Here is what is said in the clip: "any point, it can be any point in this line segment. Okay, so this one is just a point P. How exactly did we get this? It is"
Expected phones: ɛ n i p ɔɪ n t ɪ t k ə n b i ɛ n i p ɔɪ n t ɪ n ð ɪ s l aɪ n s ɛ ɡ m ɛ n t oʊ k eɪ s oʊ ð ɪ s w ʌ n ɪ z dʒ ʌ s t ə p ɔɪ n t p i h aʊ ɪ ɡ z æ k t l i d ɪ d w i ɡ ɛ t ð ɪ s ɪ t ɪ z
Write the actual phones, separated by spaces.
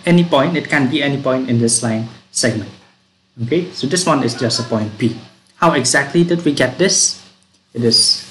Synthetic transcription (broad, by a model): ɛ n i p ɔɪ n t ɪ t k ə n b i ɛ n i p ɔɪ n t ɪ n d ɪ s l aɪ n s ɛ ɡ m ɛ n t oʊ k eɪ s oʊ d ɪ s w ʌ n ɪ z dʒ ʌ s t ə p ɔɪ n t b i h aʊ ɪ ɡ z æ k t l i d ɪ d w i ɡ ɛ t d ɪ s ɪ t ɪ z